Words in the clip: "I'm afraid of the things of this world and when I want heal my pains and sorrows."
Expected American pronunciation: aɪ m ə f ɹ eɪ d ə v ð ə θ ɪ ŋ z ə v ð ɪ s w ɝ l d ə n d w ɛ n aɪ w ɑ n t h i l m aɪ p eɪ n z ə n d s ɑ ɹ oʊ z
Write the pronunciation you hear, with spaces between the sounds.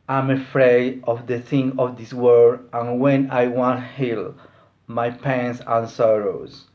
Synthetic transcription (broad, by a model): aɪ m ə f ɹ eɪ d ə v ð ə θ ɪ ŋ ə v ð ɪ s w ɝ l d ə n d w ɛ n aɪ w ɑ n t h i l m aɪ p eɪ n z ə n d s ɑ ɹ oʊ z